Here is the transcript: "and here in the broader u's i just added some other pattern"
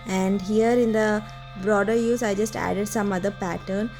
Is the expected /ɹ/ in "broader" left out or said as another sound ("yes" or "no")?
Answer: no